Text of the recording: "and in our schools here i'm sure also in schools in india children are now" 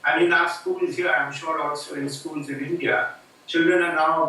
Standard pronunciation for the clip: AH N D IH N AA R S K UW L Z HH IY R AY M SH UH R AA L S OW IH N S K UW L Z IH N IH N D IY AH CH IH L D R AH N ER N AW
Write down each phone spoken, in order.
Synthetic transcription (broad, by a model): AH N IH N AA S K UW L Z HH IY AY M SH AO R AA S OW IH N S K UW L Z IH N IH N D IY AH CH IH L D R AH N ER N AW